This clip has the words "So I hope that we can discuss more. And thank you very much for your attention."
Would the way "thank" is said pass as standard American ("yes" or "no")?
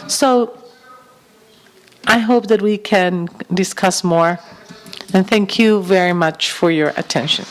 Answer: yes